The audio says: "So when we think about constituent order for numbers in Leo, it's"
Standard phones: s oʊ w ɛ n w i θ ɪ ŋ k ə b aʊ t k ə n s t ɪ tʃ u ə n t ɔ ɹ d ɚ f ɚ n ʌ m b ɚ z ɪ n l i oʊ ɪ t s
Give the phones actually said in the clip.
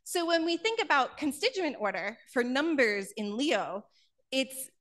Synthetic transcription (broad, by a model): s oʊ w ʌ n w i θ ɪ ŋ k ə b aʊ t k ə n s t ɪ tʃ u ə n t ɔ ɹ d ɚ f ɚ n ʌ m b ɚ z ɪ n l i oʊ ɪ t s